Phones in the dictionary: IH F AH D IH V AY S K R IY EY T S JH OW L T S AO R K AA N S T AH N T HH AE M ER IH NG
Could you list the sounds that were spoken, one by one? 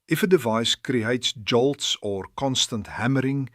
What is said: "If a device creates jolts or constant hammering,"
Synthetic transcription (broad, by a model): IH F AH D IH V AY S K R IY EY T S JH OW L T S AO R K AA N S T AH N T HH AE M ER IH NG